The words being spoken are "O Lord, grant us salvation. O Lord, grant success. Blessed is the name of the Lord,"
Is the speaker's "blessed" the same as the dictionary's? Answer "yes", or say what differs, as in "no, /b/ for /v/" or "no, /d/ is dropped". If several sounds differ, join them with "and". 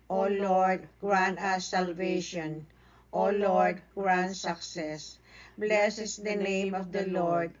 no, /t/ is dropped